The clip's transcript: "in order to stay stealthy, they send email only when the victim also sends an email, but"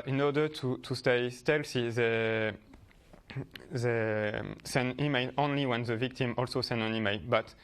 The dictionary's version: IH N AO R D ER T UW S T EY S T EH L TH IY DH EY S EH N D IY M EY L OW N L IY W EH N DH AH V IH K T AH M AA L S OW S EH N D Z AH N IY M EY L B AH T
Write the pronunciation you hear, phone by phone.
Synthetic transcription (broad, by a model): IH N AO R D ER T UW S T EY S T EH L S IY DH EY S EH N IY M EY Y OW N L IY W EH N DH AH V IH K T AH M AA L S OW S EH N AH N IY M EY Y B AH T